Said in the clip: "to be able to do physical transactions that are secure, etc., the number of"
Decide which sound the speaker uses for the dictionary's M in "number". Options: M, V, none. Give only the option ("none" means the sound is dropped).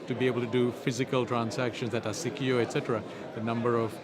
M